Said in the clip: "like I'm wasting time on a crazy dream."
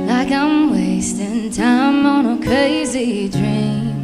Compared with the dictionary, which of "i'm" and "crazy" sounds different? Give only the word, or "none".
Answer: none